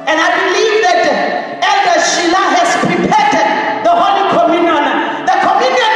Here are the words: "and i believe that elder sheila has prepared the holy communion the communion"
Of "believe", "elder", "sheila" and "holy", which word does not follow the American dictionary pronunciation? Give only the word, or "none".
elder